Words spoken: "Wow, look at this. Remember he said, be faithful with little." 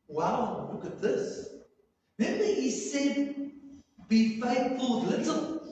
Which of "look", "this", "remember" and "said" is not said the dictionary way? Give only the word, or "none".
remember